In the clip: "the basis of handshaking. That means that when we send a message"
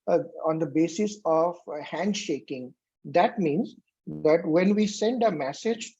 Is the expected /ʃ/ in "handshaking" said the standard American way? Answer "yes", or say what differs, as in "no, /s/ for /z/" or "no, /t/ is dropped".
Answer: yes